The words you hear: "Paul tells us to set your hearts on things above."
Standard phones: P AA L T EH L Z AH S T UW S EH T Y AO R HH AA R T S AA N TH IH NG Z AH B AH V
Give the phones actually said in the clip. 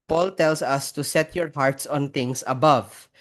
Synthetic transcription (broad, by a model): P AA L T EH L S AH S T UW S EH T Y AO R HH AA R T S AA N T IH NG S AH B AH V